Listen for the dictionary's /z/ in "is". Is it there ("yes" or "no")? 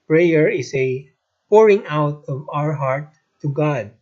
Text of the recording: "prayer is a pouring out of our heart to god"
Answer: no